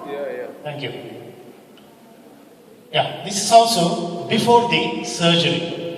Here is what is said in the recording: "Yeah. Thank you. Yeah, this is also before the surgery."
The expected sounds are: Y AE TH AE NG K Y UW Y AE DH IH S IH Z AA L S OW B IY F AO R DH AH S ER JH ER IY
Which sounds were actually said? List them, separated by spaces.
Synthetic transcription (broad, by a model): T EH NG K Y UW Y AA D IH S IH S AA L S OW B IY F AO R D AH S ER JH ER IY